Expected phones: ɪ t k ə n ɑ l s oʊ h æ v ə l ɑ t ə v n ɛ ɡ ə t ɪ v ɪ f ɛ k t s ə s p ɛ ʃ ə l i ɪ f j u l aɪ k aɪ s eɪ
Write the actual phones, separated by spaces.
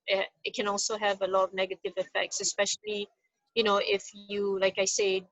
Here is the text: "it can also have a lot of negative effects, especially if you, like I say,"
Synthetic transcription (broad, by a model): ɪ t k ə n ɑ l s oʊ h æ v ə l ɑ t ə v n ɛ ɡ ə t ɪ v ɪ f ɛ k t s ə s p ɛ ʃ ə n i ɪ f j u l aɪ k aɪ s eɪ